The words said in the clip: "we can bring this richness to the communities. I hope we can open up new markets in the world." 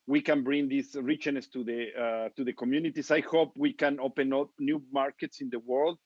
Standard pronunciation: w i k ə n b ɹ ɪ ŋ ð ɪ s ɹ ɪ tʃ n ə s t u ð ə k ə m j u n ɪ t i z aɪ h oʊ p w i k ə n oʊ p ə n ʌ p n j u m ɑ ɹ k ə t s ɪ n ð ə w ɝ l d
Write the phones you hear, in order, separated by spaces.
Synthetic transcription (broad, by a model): w i k ə n b ɹ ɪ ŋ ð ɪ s ɹ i tʃ n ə s t u ð ə k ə m j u n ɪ t i s aɪ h oʊ p w i k ə n oʊ p ə n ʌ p n j u m ɑ ɹ k ə t s ɪ n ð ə w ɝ l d